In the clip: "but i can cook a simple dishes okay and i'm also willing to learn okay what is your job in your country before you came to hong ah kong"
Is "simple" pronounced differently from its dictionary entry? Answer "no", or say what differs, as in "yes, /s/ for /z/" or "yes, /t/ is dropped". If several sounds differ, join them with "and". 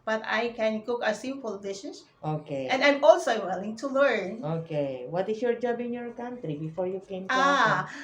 yes, /m/ is dropped